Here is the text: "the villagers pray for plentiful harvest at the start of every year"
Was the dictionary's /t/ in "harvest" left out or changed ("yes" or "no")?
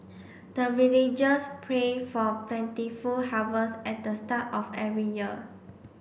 yes